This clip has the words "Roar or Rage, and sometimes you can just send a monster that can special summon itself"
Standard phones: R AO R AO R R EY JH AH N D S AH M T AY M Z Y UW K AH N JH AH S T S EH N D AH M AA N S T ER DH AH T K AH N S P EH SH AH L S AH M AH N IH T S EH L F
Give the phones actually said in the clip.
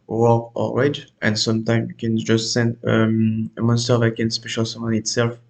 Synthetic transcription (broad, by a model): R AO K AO L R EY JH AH N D S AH M T AY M Y K AH N JH AH S T S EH N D AH M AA N S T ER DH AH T K AH N S P EH SH AH L S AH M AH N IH T S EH L F